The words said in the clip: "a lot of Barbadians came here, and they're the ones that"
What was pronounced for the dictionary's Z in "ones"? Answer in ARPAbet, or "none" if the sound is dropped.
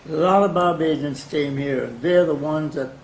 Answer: Z